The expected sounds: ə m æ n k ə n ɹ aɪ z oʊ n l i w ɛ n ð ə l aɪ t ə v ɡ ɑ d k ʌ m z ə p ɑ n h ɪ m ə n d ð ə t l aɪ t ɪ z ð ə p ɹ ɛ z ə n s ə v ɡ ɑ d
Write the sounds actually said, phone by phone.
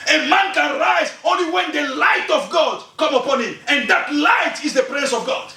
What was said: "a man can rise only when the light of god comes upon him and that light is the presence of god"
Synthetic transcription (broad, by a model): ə m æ n k ə n ɹ aɪ z oʊ n l i w ɛ n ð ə l aɪ t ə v ɡ ɑ d k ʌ m ə p ɑ n h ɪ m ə n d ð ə t l aɪ t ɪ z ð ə p ɹ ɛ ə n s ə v ɡ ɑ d